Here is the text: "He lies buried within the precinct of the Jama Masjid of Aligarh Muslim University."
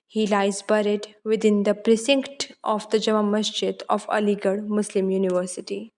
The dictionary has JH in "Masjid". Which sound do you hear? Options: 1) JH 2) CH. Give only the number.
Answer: 2